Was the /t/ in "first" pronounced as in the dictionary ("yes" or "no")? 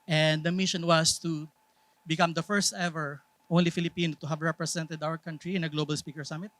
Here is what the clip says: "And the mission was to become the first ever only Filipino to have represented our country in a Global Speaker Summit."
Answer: yes